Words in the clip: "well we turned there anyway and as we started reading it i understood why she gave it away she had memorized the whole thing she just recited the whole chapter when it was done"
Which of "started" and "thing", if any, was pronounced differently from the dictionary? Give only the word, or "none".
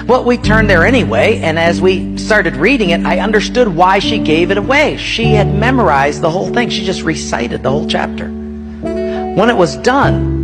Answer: none